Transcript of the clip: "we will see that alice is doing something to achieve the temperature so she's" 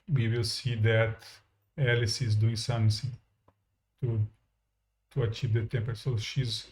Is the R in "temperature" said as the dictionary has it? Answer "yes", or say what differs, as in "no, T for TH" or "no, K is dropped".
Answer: no, R is dropped